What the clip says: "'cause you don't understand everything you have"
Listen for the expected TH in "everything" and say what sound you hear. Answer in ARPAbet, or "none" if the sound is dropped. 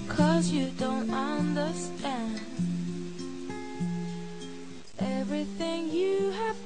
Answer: TH